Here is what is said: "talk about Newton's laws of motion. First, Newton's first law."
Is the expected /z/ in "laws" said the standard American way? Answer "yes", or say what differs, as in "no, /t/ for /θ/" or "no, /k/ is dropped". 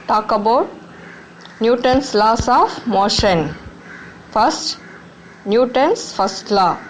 no, /s/ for /z/